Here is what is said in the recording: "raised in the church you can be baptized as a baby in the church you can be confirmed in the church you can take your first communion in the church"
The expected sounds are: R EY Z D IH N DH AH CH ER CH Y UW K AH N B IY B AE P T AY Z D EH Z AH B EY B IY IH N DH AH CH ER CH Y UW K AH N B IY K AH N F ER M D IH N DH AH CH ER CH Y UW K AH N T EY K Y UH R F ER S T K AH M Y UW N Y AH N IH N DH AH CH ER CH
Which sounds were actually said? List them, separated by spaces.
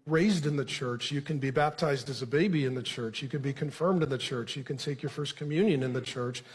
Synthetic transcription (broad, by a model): R EY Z D IH N DH AH CH ER CH Y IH K AH N B IY B AE P T AY Z D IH Z AH B EY B IY IH N DH AH CH ER CH Y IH K AH N B IY K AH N F ER M D IH N DH AH CH ER CH Y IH K AH N T EY K Y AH R F ER S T K AH M Y UW N Y AH N IH N DH AH CH ER CH